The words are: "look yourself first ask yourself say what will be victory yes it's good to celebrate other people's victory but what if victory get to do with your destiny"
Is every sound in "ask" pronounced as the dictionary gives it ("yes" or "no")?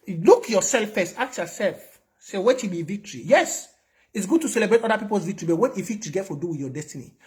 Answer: no